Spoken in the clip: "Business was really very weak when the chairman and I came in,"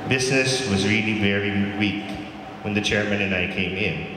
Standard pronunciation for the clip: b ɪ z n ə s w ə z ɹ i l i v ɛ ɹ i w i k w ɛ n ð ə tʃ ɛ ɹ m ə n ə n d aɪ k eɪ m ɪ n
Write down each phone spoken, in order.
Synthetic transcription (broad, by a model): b ɪ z n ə s w ə z ɹ i l i v ɛ ɹ i w i k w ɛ n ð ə tʃ ɛ ɹ m ə n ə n aɪ k eɪ m ɪ n